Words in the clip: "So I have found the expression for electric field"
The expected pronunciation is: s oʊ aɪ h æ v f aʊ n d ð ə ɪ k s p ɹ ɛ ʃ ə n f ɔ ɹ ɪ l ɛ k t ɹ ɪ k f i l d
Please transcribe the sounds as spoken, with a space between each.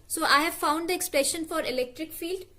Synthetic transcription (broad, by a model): s oʊ aɪ h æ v f aʊ n d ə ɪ k s p l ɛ ʃ ə n f ɔ ɹ ɪ l ɛ k t ɹ ɪ k f i l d